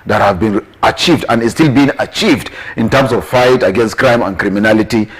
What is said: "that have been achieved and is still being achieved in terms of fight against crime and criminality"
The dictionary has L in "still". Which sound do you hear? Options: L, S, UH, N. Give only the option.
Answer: L